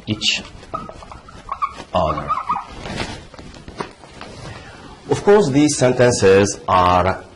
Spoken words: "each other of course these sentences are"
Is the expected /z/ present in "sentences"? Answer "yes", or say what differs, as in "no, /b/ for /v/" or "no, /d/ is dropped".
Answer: yes